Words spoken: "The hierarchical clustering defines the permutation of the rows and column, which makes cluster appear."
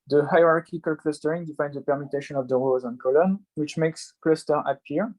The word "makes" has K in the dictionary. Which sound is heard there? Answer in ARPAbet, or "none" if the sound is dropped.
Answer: K